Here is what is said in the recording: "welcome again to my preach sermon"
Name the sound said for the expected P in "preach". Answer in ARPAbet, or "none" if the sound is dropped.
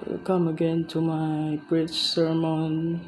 B